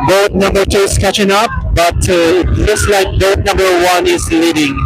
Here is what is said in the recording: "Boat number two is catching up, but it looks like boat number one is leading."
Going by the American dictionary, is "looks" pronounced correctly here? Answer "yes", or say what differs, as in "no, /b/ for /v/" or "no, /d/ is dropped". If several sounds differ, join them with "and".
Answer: no, /k/ is dropped